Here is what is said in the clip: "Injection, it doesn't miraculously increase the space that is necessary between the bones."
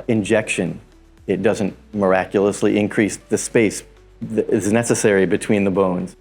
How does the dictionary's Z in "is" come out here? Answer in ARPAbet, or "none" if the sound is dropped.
Z